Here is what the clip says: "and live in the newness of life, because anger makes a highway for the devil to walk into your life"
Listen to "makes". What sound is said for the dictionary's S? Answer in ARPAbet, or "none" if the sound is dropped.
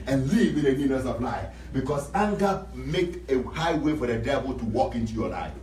none